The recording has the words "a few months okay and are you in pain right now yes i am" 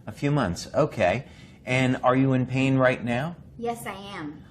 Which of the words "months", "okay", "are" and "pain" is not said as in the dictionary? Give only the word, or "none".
none